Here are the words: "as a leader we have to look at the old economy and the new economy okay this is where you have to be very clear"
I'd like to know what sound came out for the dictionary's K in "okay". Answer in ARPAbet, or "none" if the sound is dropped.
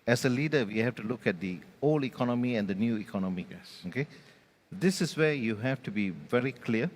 K